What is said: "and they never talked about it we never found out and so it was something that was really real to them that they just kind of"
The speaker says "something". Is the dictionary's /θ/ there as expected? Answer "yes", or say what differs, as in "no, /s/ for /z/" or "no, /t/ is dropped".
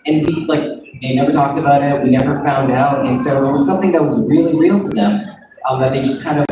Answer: yes